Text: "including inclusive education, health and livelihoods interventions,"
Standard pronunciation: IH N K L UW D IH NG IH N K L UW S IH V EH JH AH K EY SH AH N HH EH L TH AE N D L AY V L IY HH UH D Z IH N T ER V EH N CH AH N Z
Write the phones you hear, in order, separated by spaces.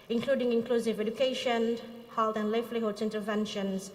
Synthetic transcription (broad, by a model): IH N K L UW D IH NG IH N K L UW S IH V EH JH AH K EY SH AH N HH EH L T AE N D L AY F L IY HH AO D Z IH N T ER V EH N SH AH N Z